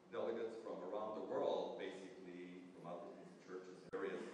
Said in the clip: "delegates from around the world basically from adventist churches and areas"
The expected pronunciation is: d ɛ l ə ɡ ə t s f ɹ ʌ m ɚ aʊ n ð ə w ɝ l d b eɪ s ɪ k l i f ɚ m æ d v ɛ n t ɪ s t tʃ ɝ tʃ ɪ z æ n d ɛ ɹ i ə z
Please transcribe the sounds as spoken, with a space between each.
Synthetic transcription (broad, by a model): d ɛ l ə ɡ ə t s f ɹ ʌ m ɚ aʊ n ð ə w ɝ l d b eɪ s ɪ k l i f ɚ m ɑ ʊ t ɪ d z tʃ ɝ tʃ ɪ z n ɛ ɹ i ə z